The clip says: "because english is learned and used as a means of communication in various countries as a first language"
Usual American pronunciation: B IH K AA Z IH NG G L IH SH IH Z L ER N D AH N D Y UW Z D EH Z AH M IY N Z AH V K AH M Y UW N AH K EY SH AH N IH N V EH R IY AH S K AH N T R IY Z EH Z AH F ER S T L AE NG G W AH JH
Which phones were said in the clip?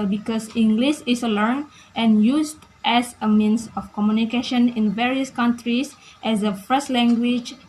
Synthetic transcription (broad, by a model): B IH K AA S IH NG G L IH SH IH S L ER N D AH N Y UW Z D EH S AH M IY N S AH F K AH M Y UW N AH K EY SH AH N IH N V EH R IY AH S K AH N T R IY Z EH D AH F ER S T L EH NG G W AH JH